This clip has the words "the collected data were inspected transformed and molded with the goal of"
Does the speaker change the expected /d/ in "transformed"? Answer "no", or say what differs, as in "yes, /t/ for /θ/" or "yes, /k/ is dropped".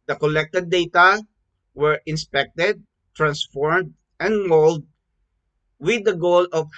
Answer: no